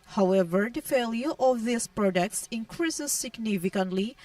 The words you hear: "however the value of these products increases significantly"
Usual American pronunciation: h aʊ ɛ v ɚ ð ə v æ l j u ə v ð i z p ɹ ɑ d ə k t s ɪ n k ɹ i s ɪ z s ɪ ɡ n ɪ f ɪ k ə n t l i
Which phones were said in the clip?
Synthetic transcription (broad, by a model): h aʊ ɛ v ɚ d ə f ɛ l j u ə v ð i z p ɹ ɑ d ə k t s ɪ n k ɹ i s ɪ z s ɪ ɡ n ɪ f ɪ k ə n t l i